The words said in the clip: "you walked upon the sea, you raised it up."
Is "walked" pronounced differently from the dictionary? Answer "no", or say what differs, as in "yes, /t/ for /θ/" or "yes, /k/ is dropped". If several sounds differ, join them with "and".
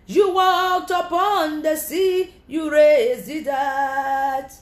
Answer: no